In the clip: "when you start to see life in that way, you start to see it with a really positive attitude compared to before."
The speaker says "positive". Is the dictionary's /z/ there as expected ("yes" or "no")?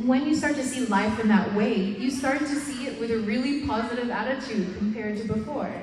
yes